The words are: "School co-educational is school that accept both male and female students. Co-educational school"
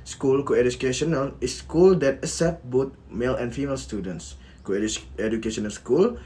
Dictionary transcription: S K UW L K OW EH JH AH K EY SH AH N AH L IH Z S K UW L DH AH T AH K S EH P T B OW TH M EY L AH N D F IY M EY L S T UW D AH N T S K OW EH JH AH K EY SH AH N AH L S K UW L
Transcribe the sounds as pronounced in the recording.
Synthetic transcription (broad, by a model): S K UW L K OW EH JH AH K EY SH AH N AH L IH S K UW L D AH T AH S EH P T B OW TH M EY L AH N F IY M EY L S T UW D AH N T S K OW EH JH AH K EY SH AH N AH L S K UW L